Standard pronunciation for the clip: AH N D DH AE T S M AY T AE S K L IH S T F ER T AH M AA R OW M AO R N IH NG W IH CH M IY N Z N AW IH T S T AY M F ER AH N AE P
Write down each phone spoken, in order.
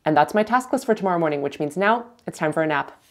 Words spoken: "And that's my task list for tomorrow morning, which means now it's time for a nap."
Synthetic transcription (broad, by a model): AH N DH AE T S M AY T AE S K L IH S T F ER T AH M AA R OW M AO R N IH NG W IH CH M IY N Z N AW IH T S T AY M F ER AH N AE P